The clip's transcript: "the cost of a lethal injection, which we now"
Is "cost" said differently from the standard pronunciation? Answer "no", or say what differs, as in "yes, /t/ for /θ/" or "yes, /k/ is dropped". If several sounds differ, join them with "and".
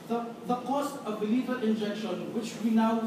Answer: no